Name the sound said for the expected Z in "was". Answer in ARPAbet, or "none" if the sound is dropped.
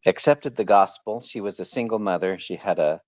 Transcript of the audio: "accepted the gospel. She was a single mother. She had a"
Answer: Z